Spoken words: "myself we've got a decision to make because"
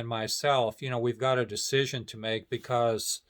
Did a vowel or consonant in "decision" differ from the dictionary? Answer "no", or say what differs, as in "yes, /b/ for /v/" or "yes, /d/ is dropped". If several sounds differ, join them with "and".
no